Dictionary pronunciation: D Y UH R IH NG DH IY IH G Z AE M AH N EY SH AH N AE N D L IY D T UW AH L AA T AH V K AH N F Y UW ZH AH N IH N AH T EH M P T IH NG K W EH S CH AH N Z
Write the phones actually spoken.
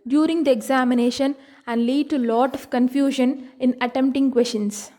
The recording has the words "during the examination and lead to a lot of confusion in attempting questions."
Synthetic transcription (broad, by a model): D Y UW R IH NG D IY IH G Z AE M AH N EY SH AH N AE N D L IY D T UW L AA T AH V K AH N F Y UW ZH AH N IH N AH T EH M P T IH NG K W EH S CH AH N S